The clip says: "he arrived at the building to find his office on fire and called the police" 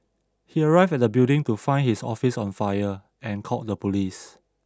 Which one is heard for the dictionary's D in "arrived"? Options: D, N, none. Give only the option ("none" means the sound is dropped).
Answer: none